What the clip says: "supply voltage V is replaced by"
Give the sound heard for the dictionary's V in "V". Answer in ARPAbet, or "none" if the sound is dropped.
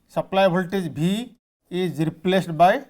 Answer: B